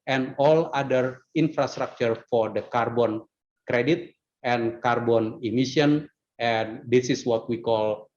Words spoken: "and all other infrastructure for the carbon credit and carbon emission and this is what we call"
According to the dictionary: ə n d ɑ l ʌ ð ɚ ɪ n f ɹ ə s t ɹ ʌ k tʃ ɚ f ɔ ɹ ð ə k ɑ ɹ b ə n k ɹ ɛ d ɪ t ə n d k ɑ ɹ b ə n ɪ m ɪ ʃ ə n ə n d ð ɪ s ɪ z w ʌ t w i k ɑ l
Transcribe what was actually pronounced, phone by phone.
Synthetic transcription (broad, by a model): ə n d ɑ l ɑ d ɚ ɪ n f ɹ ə s t ɹ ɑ k tʃ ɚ f ɔ ɹ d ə k ɑ ɹ b ə n k ɹ ɛ d ɪ t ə n k ɑ ɹ b ə n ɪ m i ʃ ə n ə n d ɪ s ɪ s w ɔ t w i k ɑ l